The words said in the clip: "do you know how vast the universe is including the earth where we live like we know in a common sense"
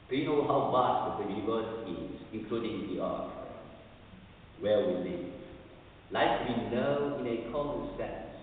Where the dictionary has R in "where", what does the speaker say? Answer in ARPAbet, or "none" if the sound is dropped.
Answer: L